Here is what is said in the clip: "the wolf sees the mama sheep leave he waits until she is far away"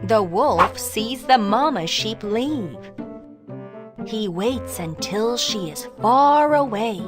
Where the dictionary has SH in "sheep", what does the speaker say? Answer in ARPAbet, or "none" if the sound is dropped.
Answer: SH